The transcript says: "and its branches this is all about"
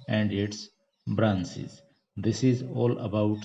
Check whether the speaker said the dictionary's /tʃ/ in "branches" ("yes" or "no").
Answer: no